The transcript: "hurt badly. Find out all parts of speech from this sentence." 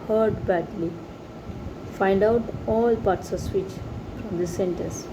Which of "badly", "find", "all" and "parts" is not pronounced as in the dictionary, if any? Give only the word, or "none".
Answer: none